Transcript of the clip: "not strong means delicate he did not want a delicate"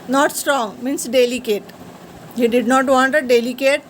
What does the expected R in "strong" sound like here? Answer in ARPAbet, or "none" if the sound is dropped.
R